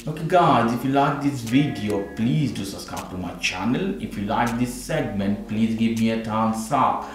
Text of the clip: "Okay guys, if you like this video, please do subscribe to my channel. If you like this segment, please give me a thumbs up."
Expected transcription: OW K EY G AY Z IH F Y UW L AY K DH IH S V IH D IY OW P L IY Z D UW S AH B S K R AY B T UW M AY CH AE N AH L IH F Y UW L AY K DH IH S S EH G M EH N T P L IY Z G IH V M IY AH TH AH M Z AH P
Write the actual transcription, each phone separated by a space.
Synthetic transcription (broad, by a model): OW K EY G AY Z IH F Y UW L AY K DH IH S V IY D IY OW P L IY Z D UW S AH S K AY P T UW M AY CH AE N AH L IH F Y UW L AY K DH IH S S EH G M EH N T P L IY Z G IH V M IY AH T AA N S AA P